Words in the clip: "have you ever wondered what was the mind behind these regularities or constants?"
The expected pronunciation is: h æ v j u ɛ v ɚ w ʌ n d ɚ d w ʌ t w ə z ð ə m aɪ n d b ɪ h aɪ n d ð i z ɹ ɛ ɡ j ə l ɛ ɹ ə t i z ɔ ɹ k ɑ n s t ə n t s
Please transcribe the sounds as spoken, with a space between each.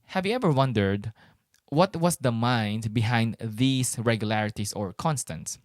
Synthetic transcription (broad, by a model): h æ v j u ɛ v ɚ w ʌ n d ɚ d w ʌ t w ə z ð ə m aɪ n d b ɪ h aɪ n d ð i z ɹ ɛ ɡ j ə l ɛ ɹ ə t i s ɔ ɹ k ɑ n s t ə n t s